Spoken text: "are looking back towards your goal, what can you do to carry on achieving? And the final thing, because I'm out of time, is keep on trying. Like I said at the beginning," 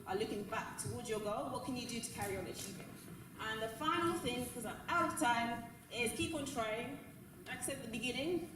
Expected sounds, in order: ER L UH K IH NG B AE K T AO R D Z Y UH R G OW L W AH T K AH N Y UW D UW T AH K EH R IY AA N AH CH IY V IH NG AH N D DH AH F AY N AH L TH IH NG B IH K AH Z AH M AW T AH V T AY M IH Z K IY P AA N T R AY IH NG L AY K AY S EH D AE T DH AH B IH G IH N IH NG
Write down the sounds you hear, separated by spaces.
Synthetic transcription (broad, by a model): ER L UH K IH NG B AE K T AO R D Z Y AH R G OW L W AH T K AH N Y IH D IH T AH K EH R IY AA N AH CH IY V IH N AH N DH AH F AY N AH L TH IH NG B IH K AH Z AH AW T AH V T AY M IH Z K IY P N T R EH IH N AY K S EH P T DH AH B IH G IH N IH NG